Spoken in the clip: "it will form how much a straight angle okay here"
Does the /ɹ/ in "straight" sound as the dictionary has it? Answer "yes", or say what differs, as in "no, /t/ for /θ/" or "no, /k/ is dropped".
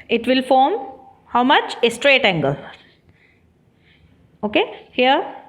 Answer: yes